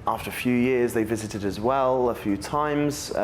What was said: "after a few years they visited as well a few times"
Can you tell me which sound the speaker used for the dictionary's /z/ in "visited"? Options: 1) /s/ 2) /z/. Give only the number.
2